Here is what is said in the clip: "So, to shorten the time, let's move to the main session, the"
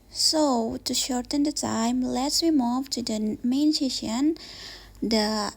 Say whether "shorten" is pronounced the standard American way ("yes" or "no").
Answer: yes